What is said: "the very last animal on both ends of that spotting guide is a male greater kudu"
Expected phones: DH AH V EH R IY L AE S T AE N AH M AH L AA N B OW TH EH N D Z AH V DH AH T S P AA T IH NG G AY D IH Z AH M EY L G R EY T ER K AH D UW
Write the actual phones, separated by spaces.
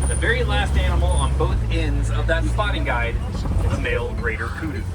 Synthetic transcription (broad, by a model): DH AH V EH R IY L AE S T AE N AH M L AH N B OW TH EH N D Z AH V DH AH T S P AA T IH NG G AY D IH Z AH M EY L G R EY T ER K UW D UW